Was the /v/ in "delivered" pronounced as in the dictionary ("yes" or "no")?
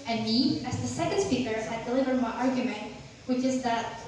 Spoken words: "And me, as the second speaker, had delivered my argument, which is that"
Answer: yes